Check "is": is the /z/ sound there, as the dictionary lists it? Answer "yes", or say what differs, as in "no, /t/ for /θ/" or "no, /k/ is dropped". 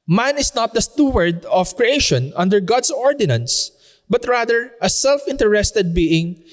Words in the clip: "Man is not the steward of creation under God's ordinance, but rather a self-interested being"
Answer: no, /s/ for /z/